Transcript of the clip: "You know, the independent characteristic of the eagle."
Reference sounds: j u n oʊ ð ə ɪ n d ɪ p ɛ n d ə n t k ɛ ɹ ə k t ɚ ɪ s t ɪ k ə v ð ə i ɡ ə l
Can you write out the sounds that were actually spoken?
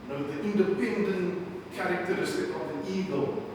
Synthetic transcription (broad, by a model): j n oʊ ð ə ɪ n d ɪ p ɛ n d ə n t k ɛ ɹ ə k t ɚ ɪ s t ɪ k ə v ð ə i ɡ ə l